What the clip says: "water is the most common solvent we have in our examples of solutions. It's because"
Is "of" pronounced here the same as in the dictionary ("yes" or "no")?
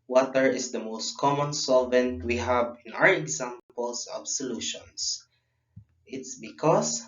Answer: no